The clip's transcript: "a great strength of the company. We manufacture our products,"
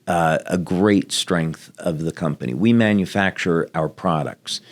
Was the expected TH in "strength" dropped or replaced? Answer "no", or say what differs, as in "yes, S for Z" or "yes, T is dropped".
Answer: no